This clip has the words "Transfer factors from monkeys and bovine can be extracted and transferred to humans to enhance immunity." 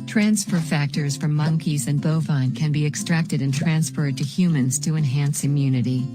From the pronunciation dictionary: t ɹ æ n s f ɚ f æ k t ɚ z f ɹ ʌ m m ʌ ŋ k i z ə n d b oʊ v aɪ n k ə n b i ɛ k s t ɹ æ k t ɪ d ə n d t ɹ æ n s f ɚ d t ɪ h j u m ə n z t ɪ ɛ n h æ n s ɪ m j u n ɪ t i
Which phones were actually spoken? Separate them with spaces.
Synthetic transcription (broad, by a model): t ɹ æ n s f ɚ f æ k t ɚ z f ɹ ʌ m m ʌ ŋ k i z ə n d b oʊ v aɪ n k ə n b i ɛ k s t ɹ æ k t ɪ d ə n t ɹ æ n s f ɚ d t ɪ h j u m ə n z t ɪ ɛ n h æ n s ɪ m j u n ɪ t i